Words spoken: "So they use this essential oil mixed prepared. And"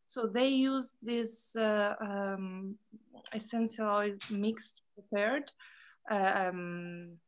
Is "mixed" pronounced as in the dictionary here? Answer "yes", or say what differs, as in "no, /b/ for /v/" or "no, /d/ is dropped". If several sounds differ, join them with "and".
yes